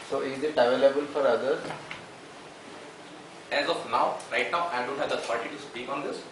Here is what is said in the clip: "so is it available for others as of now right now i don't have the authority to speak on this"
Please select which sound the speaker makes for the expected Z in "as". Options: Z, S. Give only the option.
Z